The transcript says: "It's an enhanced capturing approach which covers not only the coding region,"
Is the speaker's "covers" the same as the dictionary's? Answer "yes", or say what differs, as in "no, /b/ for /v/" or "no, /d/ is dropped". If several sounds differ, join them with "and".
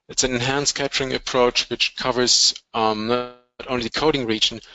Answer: yes